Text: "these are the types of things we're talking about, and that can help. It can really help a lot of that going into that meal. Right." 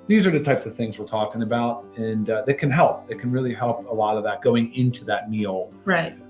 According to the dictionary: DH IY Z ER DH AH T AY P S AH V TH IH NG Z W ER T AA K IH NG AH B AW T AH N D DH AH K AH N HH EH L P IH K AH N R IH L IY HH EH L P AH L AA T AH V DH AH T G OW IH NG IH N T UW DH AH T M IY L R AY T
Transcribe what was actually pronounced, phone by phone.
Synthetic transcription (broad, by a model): DH IY Z ER DH AH T AY P S AH V TH IH NG Z W ER T AA K IH NG AH B AW T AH N DH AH K AH N HH EH L P IH K AH N R IH L IY HH EH L P AH L AA T AH V DH AH T G OW IH NG IH N T UW DH AH T M IY L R AY T